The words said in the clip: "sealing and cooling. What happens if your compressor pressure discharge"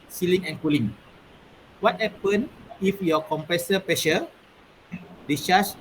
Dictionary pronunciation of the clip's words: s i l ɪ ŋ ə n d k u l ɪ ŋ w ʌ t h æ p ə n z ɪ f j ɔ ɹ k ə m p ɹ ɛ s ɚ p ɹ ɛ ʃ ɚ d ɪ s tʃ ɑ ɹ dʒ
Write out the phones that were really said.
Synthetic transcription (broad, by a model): s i l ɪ ŋ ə n k u l ɪ ŋ w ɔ t h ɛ p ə n ɪ f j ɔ k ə m p ɹ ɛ s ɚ p ɹ ɛ ʃ ɚ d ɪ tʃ ɑ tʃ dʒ